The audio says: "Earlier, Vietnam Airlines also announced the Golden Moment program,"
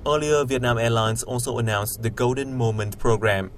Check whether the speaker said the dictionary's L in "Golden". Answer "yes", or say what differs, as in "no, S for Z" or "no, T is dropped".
yes